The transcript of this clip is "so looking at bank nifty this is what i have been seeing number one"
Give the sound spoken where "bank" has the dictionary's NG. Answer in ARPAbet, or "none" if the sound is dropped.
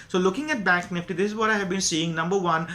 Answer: none